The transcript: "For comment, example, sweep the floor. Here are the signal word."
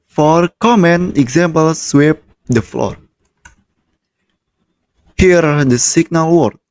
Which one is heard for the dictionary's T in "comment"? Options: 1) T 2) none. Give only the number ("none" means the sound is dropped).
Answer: 2